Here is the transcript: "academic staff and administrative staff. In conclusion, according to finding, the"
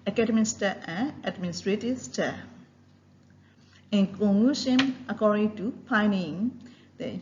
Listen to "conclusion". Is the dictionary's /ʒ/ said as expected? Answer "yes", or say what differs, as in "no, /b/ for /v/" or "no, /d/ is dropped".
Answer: no, /ʃ/ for /ʒ/